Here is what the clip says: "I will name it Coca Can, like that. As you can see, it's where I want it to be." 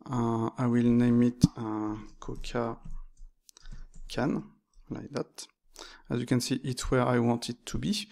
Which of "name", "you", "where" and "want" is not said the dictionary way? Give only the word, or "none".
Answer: none